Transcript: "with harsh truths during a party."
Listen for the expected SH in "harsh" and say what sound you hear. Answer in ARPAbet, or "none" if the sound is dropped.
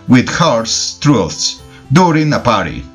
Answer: S